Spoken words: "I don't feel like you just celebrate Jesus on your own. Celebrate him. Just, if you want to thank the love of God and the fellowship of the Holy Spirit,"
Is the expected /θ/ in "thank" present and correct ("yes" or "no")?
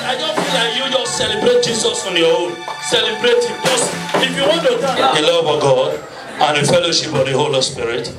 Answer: no